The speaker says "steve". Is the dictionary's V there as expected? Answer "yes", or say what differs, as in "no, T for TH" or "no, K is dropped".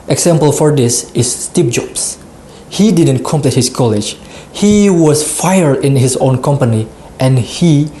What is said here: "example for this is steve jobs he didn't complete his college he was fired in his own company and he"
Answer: no, P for V